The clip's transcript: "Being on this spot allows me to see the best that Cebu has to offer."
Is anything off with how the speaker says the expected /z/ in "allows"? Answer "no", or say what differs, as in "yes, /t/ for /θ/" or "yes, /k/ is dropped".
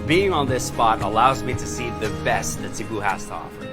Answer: no